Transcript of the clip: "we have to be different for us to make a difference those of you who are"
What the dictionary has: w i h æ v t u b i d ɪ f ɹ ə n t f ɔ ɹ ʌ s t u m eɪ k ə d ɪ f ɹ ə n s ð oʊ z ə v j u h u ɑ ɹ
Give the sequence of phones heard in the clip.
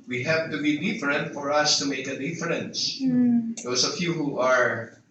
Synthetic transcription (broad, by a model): w i h æ v t u b i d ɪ f ɹ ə n t f ɔ ɹ ʌ s t u m eɪ k ə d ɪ f ɹ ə n s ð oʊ s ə f j u h u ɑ ɹ